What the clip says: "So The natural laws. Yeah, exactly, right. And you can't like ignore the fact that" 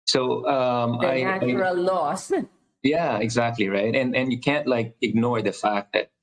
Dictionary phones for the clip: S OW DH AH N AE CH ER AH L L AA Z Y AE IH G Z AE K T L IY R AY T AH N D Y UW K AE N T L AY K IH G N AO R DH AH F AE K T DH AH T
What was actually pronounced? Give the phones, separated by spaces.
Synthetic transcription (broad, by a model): S OW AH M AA IH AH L L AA S Y AE IH G Z AE K T L IY R AY T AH N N Y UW K AE N T L AY K IH G N AO R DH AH F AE K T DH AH T